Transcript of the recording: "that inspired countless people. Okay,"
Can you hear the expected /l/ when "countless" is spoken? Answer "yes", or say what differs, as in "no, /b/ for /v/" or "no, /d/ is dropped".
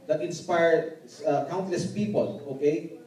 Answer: yes